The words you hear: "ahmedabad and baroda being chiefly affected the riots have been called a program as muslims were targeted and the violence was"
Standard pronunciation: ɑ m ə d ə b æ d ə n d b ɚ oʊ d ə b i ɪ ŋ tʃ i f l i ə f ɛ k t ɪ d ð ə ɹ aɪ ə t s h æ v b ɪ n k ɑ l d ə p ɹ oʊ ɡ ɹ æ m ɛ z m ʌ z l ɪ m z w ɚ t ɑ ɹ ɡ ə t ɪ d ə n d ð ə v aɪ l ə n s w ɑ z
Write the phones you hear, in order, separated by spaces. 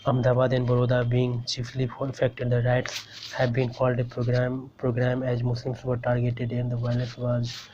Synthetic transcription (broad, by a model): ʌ m d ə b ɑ d ə n d b ɚ oʊ d ə b i ɪ ŋ tʃ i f l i ə f ɛ k t ɪ d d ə ɹ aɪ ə t s h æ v b ɪ n k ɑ l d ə p ɹ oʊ ɡ ɹ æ m ɛ z m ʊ s l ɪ m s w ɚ t ɑ ɹ ɡ ə t ɪ d ə n d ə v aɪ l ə s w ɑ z